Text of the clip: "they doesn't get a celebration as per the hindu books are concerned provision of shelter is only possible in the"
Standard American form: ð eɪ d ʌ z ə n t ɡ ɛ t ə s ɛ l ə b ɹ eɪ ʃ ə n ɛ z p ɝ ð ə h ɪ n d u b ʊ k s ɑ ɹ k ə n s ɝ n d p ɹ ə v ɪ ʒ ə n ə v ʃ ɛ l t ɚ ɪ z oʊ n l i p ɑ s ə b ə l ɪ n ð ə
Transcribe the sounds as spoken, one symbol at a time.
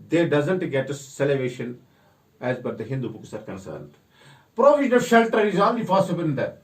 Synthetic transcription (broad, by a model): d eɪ d ʌ z ə n t ɡ ɛ t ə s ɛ l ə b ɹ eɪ ʃ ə n ɛ z b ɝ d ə h ɪ n d u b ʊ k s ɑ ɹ k ə n s ɝ n d p ɹ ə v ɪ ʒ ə n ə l ʃ ɛ l t ɚ ɪ z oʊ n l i p ɑ s ə b ə l ɪ n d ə